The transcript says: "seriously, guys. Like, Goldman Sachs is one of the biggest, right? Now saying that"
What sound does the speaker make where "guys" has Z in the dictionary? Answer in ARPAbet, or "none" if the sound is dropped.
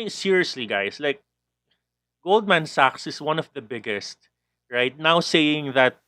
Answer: S